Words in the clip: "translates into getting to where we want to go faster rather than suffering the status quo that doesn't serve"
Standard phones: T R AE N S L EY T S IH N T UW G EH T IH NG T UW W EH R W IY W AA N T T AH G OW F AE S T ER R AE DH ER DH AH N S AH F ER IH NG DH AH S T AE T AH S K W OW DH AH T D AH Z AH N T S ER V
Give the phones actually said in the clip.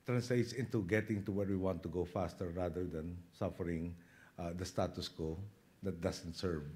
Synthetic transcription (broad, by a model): T R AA N S L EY T S IH N T UW G EH T IH NG T UW W EH R W IY W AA N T T AH G OW F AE S T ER R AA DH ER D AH N S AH F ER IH NG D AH S T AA T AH S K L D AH T D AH S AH N T S ER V